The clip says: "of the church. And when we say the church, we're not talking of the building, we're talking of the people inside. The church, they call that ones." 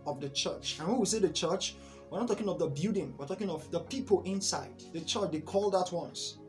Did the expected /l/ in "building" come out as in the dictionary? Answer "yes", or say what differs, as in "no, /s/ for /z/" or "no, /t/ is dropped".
no, /l/ is dropped